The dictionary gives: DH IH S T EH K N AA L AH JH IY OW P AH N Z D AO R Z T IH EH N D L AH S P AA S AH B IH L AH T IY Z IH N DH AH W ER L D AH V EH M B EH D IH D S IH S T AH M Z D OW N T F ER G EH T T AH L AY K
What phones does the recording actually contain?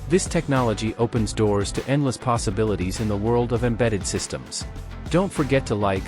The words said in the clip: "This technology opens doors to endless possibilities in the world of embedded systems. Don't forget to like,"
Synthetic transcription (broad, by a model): DH IH S T EH K N AA L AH JH IY OW P AH N Z D AO R Z T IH EH N D L AH S P AA S AH B IH L AH T IY Z IH N DH AH W ER L D AH V EH M B EH D IH D S IH S T AH M Z D OW N T F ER G EH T T AH L AY K